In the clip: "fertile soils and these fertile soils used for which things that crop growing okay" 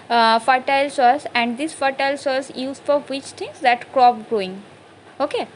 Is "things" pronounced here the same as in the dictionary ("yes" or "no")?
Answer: no